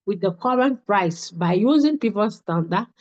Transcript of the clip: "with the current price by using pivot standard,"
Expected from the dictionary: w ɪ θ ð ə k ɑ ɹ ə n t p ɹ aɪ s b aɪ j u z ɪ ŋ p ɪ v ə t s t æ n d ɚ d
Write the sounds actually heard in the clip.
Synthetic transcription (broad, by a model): w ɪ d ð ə k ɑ ɹ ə n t p ɹ aɪ s b aɪ j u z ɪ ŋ p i p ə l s t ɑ n d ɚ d